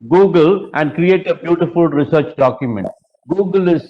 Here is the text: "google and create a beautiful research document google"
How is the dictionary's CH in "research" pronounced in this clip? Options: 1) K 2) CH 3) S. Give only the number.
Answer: 2